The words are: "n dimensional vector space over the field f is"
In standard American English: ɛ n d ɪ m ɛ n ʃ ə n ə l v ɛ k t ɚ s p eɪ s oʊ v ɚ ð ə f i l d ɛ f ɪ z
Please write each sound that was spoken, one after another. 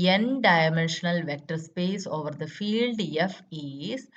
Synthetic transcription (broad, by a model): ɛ n d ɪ m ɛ n ʃ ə n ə l v ɛ k t ɚ s p eɪ s oʊ v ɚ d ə f i l d ɛ f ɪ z